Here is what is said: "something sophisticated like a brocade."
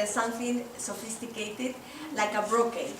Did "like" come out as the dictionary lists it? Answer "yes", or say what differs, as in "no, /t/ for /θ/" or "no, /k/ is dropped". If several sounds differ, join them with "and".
yes